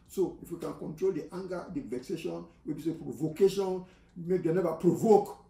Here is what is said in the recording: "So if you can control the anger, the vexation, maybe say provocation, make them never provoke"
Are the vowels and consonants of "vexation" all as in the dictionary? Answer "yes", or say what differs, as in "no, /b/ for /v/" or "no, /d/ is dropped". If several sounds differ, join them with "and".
yes